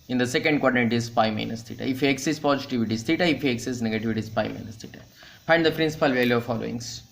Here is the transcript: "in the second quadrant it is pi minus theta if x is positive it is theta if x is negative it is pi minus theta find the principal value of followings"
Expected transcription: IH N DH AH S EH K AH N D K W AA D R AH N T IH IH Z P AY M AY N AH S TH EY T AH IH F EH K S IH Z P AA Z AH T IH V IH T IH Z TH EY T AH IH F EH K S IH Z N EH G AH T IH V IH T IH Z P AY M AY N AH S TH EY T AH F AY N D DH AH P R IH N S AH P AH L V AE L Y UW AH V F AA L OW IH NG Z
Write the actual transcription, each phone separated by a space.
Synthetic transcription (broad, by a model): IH N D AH S EH K AH N D K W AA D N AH T IH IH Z P AY M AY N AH S T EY T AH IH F EH K S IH S P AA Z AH T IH V IH T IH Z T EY T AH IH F EH K S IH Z N EH G AH T IH V IH T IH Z P AY M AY N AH S T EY T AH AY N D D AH P R IH N S AH P AH L V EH L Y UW AH V F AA L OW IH NG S